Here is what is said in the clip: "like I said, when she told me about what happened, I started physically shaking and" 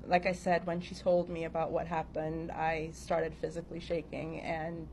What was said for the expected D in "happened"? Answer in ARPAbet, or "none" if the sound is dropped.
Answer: D